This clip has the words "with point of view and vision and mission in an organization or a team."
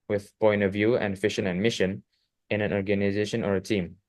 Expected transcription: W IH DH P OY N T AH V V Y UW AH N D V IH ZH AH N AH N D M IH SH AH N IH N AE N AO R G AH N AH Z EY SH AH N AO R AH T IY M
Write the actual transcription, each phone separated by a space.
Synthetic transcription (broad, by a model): W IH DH P OY N T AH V V Y UW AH N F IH SH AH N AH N M IH SH AH N IH N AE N AO R G AH N AH Z EY SH AH N AO R AH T IY M